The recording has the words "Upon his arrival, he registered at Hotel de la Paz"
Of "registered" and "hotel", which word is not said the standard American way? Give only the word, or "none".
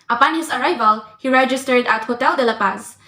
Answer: none